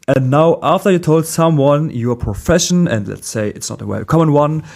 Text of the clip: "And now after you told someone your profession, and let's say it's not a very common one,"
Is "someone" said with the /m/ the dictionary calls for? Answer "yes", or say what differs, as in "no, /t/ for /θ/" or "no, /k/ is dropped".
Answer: yes